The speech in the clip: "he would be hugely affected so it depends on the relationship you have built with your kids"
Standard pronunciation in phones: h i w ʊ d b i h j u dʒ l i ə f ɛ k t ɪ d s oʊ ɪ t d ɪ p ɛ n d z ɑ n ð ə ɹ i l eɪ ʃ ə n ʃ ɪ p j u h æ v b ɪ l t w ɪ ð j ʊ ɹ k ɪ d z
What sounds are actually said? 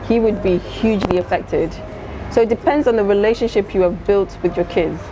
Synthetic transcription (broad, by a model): h i w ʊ d b i h j u dʒ l i ə f ɛ k t ɪ d s oʊ ɪ t d ɪ p ɛ n d z n ð ə ɹ i l eɪ ʃ ə n ʃ ɪ p j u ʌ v b ɪ l t w ɪ ð j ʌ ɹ k ɪ d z